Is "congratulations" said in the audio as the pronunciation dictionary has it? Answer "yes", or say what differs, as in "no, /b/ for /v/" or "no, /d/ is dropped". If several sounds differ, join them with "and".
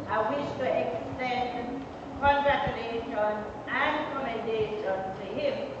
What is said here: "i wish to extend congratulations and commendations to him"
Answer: no, /z/ is dropped